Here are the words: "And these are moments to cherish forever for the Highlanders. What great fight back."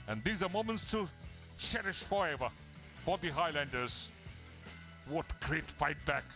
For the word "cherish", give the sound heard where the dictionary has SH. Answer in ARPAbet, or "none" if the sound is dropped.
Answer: SH